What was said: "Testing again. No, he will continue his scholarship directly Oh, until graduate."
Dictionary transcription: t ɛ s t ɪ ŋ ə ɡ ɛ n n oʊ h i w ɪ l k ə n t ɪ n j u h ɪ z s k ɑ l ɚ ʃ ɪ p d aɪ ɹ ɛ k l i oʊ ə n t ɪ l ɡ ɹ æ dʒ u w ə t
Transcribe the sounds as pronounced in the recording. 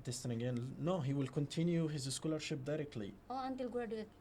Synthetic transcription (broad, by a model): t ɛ s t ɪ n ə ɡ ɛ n n oʊ h i w ɪ l k ə n t ɪ n j u h ɪ z s k ɑ l ɚ ʃ ɪ p d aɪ ɹ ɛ k l i oʊ ə n t ɪ l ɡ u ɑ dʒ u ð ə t